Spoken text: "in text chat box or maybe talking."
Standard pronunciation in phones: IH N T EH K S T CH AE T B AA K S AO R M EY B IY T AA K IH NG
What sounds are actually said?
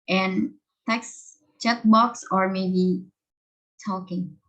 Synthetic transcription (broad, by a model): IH N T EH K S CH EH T B AA K S AO R M EY B IY T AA K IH NG